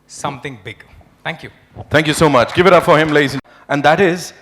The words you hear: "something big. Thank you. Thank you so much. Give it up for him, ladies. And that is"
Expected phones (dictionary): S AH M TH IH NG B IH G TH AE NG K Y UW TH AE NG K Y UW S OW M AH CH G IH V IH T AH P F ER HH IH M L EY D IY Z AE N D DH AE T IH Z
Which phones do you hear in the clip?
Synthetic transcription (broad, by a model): S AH M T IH NG B IH G T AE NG K Y UW T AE NG K Y UW S OW M AH CH G IH V IH T AH P F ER HH IH M L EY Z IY AE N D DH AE T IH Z